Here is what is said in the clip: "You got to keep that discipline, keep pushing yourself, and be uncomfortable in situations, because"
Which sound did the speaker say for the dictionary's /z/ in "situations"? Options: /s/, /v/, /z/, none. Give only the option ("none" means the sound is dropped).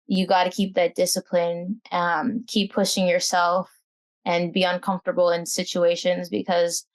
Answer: /z/